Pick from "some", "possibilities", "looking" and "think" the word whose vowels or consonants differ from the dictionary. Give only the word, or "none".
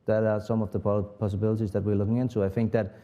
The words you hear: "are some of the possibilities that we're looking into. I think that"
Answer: none